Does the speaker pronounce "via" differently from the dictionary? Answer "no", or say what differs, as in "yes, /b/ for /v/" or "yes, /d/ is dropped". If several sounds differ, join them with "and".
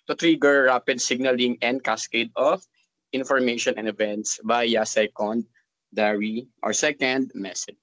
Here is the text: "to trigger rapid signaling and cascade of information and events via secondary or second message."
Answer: yes, /b/ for /v/